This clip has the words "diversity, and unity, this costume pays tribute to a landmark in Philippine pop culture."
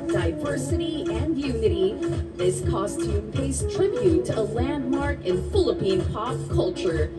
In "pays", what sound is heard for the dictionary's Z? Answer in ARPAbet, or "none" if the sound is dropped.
S